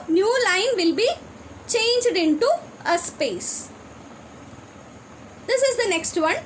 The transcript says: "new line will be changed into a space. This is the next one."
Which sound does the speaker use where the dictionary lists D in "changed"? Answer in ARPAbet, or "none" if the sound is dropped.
D